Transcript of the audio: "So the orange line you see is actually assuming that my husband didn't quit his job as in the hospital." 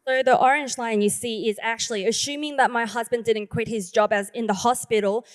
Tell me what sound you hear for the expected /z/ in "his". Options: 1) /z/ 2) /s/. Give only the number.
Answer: 1